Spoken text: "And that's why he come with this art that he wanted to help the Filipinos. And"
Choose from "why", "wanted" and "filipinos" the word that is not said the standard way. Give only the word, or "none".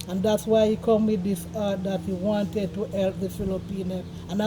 filipinos